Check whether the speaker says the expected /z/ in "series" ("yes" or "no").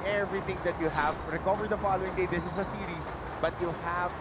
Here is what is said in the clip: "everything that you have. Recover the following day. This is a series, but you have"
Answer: no